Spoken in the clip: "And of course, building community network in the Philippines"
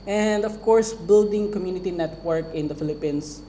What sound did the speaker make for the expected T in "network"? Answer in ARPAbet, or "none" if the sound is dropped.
T